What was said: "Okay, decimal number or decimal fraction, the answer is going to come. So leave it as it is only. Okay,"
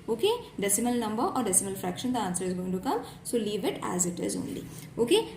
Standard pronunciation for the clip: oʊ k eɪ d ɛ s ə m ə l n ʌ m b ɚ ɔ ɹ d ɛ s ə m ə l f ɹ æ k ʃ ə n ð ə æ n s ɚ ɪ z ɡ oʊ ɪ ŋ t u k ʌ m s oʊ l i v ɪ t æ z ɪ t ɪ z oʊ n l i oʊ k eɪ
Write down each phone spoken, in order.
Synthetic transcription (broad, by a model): oʊ k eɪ d ɛ s ə m ə l n ʌ m b ɚ ɔ ɹ d ɛ s ə m ə l f ɹ æ k ʃ ə n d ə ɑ n s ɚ ɪ z ɡ oʊ ɪ ŋ t u k ʌ m s oʊ l i v ɪ t æ z ɪ t ɪ z oʊ n l i oʊ k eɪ